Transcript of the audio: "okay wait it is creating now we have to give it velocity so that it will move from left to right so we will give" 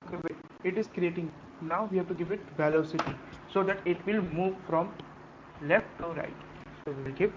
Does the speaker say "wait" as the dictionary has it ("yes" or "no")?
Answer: no